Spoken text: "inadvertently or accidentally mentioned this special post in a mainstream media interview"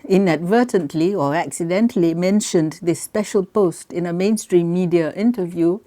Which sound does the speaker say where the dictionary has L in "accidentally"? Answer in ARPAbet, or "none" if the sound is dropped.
L